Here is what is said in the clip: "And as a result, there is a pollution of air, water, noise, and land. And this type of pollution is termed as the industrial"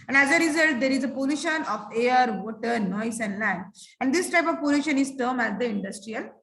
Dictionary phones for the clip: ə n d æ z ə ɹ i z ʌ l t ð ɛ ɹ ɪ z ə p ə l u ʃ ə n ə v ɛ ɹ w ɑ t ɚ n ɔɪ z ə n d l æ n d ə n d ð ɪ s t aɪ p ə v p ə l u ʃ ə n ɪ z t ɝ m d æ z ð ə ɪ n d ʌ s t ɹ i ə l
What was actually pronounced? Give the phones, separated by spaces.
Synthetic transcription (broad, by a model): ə n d æ z ə ɹ i z ʌ l t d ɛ ɹ ɪ z ə p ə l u ʃ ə n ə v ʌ ɹ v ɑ t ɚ n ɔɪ s ə n d l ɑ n ə n d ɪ s t aɪ p ə v p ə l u ʃ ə n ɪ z t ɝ m æ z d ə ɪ n d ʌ s t ɹ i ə l